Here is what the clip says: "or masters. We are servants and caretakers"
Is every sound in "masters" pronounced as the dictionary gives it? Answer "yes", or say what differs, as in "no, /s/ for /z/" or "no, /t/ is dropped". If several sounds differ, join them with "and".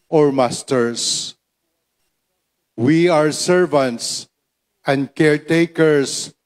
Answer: no, /s/ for /z/